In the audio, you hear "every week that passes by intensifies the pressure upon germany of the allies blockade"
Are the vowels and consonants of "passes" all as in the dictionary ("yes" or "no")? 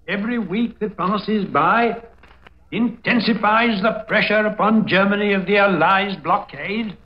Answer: yes